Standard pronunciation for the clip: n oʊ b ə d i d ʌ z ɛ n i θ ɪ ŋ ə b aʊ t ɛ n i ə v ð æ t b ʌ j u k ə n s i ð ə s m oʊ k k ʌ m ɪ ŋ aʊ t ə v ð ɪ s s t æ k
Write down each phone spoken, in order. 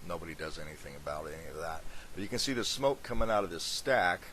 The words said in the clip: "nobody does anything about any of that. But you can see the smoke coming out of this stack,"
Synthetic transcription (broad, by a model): n oʊ b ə d i d ʌ z ɛ n i θ ɪ ŋ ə b aʊ t ɛ n i ə v ð æ t b ʌ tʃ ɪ k ə n s i ð ə s m oʊ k k ʌ m ɪ ŋ aʊ t ə v ð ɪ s s t æ k